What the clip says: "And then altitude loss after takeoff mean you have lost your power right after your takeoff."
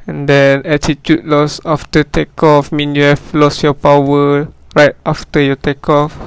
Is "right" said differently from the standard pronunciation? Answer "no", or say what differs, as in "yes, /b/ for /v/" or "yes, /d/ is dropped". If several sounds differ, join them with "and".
no